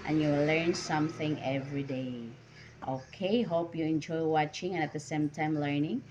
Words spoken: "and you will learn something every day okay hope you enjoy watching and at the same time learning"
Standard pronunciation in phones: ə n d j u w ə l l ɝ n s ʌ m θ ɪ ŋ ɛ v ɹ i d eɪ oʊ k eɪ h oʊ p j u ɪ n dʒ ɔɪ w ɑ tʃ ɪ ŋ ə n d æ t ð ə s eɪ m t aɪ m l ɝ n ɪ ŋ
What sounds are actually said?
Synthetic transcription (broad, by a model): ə n j u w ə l l ɝ n s ʌ m θ ɪ ŋ ɛ v ɹ i d eɪ oʊ k eɪ h oʊ p j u ɪ n dʒ ɔɪ w ɑ tʃ ɪ ŋ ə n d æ t ð ə s eɪ m t aɪ m l ɝ n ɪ ŋ